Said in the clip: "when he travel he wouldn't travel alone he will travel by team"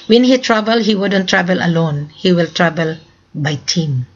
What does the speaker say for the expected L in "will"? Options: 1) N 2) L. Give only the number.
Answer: 2